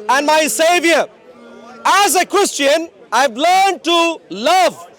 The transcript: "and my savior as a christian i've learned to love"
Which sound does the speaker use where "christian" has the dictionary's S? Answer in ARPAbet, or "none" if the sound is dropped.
S